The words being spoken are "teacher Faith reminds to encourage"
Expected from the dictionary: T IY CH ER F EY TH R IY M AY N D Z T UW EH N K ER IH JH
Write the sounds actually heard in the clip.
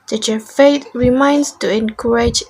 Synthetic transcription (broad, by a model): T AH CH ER F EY T R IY M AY N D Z T UW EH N K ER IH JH